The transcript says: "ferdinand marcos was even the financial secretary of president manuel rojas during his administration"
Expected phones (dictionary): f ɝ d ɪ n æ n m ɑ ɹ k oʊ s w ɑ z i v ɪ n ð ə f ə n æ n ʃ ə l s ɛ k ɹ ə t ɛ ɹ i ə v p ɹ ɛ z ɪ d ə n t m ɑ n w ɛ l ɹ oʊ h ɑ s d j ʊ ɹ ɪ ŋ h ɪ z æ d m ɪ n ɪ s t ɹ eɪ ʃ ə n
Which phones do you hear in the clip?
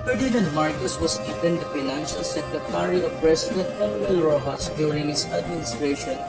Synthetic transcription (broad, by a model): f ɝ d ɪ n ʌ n m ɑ ɹ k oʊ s w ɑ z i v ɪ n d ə f ə n æ n ʃ ə l s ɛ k ɹ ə t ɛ ɹ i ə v p ɹ ɛ s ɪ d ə n t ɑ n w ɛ l ɹ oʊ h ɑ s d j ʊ ɹ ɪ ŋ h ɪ s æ d m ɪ n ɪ s t ɹ eɪ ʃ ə n